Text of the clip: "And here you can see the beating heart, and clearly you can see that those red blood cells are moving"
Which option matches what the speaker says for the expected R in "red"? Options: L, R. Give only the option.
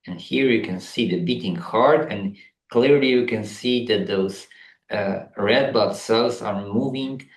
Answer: R